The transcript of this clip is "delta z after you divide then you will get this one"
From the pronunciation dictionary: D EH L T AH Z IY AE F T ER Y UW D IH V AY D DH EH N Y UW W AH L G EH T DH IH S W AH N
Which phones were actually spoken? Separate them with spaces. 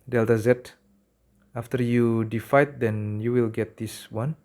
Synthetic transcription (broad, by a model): D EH L T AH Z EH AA F T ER Y UW D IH F AY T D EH N Y UW W AH L G EH T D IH S W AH N